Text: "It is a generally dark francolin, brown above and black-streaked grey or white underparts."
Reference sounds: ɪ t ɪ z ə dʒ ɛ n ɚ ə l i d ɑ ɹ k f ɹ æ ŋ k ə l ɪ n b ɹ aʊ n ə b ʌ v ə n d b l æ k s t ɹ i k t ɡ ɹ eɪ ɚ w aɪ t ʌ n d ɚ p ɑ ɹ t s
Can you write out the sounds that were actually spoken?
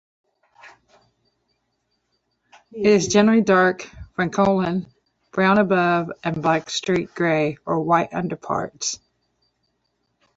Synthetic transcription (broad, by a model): ɪ t ɪ z dʒ ɛ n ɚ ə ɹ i d ɑ ɹ k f ɹ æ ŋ k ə l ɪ n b ɹ aʊ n ə b ʌ v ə n b l æ k s t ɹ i t ɡ ɹ eɪ ɚ w aɪ t ʌ n d ɚ p ɑ ɹ t s